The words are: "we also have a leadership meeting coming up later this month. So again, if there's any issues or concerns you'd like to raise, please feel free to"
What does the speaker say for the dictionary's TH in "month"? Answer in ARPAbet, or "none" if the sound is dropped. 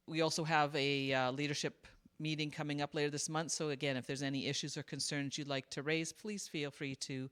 TH